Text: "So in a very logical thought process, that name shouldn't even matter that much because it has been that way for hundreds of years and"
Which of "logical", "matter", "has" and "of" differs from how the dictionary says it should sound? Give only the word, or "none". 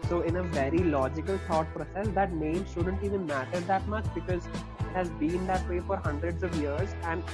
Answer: none